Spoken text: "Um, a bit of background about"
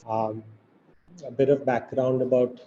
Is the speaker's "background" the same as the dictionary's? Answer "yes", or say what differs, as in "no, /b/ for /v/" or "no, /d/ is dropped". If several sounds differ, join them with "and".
yes